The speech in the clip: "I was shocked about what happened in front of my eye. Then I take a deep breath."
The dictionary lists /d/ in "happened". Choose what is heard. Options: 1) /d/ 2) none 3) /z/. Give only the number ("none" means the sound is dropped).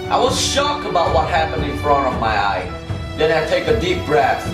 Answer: 1